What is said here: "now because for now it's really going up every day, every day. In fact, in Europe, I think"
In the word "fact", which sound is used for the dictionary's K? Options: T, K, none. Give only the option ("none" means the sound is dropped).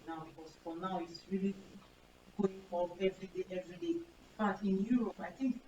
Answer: none